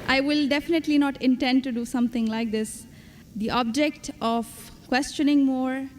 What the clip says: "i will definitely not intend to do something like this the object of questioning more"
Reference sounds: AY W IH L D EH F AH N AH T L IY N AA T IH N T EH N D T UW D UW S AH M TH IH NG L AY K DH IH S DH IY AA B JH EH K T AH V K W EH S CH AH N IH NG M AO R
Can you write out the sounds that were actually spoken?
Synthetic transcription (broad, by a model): AY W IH L D EH F AH N AH T L IY N AA T IH N T EH N D T UW D UW S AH M T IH NG L AY K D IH S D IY AA B JH EH K T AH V K W EH S CH AH N IH NG M AO R